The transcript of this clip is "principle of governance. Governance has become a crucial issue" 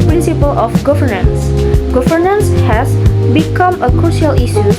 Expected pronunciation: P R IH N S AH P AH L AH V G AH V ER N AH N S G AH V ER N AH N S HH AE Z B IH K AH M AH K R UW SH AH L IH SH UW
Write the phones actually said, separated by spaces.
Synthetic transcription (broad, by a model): P R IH N S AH P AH L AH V G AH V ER N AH N S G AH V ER N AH N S HH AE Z B IH K AH M AH K R UW SH AH L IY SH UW